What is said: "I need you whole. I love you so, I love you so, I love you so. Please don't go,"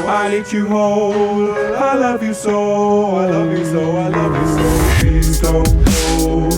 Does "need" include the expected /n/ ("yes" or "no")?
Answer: no